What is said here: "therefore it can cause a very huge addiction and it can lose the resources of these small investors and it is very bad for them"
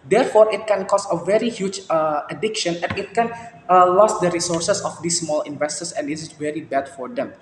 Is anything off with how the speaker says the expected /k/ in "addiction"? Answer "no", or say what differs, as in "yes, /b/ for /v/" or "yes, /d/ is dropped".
no